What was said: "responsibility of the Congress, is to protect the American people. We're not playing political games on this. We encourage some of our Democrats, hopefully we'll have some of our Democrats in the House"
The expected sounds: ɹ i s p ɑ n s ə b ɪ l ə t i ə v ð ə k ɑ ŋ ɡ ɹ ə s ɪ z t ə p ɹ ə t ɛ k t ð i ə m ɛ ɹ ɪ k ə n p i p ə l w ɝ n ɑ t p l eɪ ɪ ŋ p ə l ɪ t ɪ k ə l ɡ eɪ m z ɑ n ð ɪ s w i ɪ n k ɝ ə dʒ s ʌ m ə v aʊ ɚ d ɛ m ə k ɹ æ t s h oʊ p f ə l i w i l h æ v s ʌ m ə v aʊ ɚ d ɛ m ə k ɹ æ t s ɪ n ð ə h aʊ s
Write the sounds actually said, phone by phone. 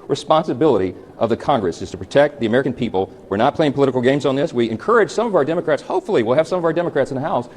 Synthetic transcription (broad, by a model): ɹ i s p ɑ n s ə b ɪ l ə t i ə v ð ə k ɑ ŋ ɡ ɹ ə s ɪ z t ə p ɹ ə t ɛ k t ð i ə m ɛ ɹ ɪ k n p i p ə l w ɝ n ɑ t p l eɪ ɪ ŋ p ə l ɪ t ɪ k l ɡ eɪ m z n ð ɪ s w i ɪ n k ɝ ə dʒ s ʌ m ə v aʊ ɚ d ɛ m ə k ɹ æ t s h oʊ p f l i w i l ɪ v s ʌ m ə v aʊ ɚ d ɛ m ə k ɹ æ t s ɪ n ð ə h aʊ s